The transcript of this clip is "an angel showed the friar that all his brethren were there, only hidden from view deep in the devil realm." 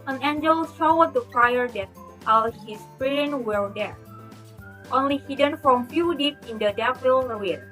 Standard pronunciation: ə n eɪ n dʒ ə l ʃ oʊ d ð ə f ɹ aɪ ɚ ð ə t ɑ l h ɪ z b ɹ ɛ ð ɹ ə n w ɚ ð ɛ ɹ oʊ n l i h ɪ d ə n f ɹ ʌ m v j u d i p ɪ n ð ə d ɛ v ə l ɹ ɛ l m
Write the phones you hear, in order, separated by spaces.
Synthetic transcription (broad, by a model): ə n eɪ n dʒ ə l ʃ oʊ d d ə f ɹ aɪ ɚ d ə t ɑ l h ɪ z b ɹ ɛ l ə n w ɚ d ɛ ɹ oʊ n l i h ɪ d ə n f ɹ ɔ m f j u d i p ɪ n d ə d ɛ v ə l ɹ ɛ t